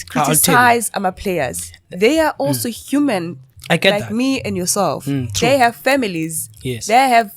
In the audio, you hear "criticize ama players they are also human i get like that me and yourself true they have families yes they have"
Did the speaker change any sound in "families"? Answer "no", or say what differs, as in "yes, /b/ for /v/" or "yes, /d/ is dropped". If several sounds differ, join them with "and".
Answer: no